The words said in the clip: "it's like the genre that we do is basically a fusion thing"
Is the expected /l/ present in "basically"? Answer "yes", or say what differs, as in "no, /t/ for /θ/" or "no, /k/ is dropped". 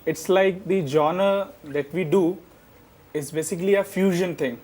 yes